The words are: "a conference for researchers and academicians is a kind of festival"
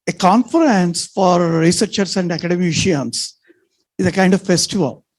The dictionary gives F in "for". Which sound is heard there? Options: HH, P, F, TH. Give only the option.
F